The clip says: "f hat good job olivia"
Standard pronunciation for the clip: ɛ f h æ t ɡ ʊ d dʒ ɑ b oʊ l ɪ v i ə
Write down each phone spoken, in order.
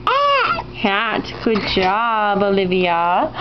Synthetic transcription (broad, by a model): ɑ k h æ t ɡ ʊ d dʒ ɑ b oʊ l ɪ v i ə